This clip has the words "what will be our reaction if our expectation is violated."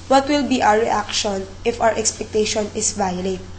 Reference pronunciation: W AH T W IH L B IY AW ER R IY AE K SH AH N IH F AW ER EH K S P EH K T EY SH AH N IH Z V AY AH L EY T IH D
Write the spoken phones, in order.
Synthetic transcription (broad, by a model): W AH T W IH L B IY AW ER R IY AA K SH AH N IH F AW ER EH K S P EH K T EY SH AH N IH S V AY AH L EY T